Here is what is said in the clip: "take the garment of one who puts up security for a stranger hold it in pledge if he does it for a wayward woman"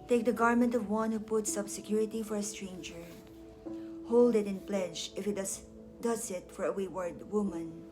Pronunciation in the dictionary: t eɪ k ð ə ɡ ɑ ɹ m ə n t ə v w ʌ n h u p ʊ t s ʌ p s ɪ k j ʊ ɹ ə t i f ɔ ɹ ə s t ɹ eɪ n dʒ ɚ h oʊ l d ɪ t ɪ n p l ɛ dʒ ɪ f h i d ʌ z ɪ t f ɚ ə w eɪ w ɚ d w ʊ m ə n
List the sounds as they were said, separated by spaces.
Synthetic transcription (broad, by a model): t eɪ k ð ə ɡ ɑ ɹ m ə n t ə v w ʌ n h u p ʊ t s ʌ b s ɪ k j ʊ ɹ ə t i f ɔ ɹ ə s t ɹ eɪ n dʒ ɚ h oʊ l d ɪ t ɪ n p l ɛ dʒ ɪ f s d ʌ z ɪ t f ɚ ə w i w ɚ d w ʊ m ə n